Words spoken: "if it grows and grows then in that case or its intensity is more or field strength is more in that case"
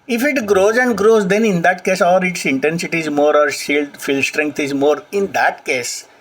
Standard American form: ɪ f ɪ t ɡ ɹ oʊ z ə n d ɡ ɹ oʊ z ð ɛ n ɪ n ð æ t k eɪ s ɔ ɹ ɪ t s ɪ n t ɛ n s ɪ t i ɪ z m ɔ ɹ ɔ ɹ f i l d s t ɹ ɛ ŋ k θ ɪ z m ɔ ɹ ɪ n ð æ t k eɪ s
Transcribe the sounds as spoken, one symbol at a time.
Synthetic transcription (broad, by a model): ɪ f ɪ t ɡ ɹ oʊ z ə n d ɡ ɹ oʊ z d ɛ n ɪ n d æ t k eɪ s ɔ ɹ ɪ t s ɪ n t ɛ n s ɪ t i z m ɔ ɹ ɔ ɹ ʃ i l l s t ɹ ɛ ŋ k t ɪ z m ɔ ɹ ɪ n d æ t k eɪ s